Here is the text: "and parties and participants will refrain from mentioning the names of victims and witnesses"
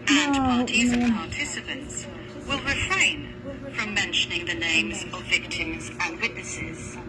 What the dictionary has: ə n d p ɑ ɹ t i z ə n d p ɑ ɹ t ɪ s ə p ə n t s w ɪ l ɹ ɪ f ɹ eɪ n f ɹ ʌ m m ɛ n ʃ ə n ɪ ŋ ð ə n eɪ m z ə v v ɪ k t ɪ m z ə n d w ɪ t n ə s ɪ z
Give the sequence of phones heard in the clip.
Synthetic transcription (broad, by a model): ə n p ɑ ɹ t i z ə p ɑ ɹ t ɪ s ə p ə n t s w ɪ l ɹ ɪ f ɹ eɪ n f ɹ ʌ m m ɛ n ʃ ə n ɪ ŋ ð ə n eɪ m z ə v v ɪ k t ɪ m z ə n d w ɪ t n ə s ɪ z